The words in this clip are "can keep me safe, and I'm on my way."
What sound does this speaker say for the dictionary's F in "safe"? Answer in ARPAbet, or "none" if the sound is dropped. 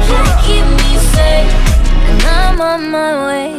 none